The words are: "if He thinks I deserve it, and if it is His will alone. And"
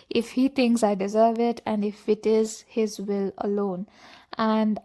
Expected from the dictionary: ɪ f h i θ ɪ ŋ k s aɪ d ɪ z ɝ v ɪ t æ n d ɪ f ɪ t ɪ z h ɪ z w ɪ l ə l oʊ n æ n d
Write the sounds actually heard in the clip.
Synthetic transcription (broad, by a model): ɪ f h i t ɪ ŋ k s aɪ d ɪ z ɝ v ɪ t æ n d ɪ f ɪ t ɪ z h ɪ z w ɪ l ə l oʊ n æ n d